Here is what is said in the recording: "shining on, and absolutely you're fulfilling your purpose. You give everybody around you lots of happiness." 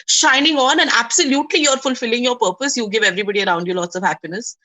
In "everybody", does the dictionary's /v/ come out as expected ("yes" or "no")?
yes